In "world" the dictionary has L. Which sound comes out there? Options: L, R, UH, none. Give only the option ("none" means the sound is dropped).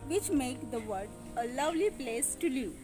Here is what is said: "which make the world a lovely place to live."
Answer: none